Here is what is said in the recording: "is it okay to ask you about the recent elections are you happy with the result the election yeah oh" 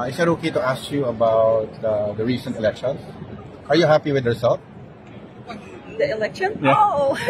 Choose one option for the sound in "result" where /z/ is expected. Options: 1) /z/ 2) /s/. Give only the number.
2